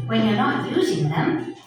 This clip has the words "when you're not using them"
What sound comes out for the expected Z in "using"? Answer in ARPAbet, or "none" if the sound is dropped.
Z